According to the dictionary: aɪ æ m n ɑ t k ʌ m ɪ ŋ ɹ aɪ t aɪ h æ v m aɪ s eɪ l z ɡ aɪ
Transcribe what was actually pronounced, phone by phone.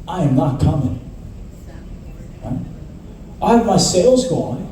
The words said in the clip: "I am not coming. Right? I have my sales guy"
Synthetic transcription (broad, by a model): aɪ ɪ m n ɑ t k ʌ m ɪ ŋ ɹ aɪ t aɪ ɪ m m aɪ s eɪ l z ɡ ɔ